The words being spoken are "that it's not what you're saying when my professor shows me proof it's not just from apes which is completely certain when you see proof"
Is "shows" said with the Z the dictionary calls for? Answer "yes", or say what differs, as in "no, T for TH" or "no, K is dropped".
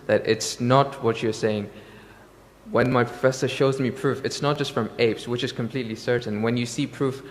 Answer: yes